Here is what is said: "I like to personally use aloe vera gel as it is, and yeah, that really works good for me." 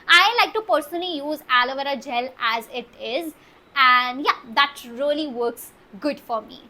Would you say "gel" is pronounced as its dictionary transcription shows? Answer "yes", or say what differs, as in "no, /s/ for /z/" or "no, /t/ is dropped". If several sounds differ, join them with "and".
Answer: yes